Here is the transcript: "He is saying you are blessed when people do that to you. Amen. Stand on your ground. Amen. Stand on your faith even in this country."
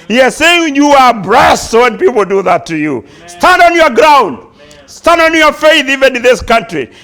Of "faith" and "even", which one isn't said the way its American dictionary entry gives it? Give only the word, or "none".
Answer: none